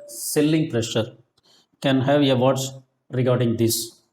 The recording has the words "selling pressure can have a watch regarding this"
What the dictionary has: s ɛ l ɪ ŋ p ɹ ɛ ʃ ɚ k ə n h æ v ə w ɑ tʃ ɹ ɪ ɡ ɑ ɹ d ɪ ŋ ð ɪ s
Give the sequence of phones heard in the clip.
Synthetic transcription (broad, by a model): s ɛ l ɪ ŋ p ɹ ɛ ʃ ɚ k ə n h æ v ə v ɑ s ɹ ɪ ɡ ɑ ɹ d ɪ ŋ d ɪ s